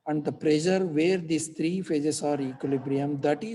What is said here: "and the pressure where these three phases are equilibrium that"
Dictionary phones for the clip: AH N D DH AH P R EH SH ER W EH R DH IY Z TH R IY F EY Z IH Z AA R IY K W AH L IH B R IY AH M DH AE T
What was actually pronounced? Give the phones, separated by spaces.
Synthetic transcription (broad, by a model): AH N D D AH P R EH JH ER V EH R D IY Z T R IY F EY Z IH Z AA R IY K W AH L IH B R IY AH M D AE T